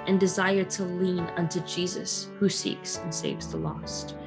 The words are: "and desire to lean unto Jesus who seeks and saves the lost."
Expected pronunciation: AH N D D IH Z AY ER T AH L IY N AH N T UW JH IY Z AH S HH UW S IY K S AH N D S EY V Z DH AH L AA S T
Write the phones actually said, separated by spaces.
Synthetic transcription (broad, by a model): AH N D D IH Z AY ER T AH L IY N AH N T UW JH IY Z AH S HH UW S IY K S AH N S EY V Z DH AH L AA S T